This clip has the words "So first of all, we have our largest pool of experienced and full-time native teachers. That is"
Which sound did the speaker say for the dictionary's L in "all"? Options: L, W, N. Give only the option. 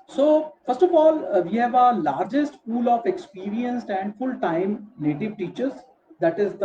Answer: L